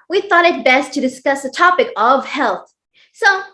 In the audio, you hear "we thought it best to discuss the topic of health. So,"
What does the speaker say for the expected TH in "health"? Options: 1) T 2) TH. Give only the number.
2